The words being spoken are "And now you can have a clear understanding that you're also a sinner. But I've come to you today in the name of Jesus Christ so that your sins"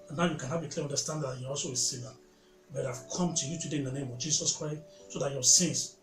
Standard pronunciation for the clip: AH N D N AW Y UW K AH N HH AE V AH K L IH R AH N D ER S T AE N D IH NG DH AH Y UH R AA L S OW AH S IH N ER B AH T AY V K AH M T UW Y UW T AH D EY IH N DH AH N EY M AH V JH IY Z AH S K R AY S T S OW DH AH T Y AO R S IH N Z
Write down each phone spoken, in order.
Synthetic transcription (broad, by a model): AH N N AW Y UW K AH N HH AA B AH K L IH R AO N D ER S T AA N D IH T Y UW AA L S OW AH S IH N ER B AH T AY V K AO M T UW Y UW T AH D EY IH N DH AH N EY M AH V JH IY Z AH S K R AY S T S OW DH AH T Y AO S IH N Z